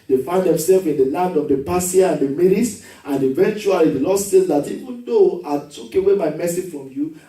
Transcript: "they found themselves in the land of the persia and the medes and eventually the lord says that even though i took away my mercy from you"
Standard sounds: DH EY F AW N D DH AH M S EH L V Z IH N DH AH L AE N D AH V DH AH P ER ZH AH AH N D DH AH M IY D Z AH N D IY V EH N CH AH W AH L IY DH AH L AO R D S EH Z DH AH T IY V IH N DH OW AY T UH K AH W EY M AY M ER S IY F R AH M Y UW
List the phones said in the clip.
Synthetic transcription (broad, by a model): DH EY F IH N D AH M S EH L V IH N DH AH L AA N D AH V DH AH P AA S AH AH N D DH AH M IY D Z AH N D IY V EH N CH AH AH L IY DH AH L AO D S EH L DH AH T IY V IH N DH OW AY T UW K AH W EY M AY M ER S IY F R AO M Y UW